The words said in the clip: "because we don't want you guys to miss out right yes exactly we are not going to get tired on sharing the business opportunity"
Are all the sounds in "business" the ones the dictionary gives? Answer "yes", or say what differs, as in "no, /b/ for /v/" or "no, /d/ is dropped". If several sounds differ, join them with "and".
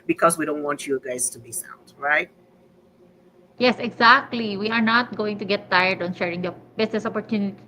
no, /s/ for /z/